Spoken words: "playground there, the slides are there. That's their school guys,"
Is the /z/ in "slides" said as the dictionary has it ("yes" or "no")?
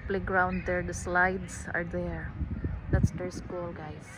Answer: no